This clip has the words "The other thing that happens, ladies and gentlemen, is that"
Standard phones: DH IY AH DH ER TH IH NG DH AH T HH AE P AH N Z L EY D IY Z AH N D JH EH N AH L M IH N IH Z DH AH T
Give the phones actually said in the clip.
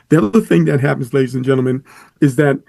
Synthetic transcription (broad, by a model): DH IY AH DH ER TH IH NG DH AH T HH AE P N Z L EY D IY Z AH N JH EH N L M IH N IH Z DH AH T